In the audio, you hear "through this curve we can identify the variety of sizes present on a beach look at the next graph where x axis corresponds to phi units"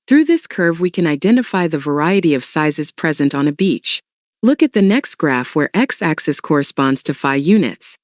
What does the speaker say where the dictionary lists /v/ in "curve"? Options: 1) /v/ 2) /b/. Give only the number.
1